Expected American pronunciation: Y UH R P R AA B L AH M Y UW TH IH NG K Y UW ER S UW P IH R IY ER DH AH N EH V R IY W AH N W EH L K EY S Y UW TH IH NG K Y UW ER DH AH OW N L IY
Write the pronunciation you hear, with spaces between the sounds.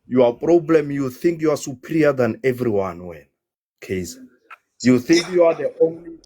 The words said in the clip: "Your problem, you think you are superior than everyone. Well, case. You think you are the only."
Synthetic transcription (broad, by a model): Y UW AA P R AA B L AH M Y UW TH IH NG K Y UW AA S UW P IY R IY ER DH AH N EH V R IY W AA N W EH N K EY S Y UW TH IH NG K Y UW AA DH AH OW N L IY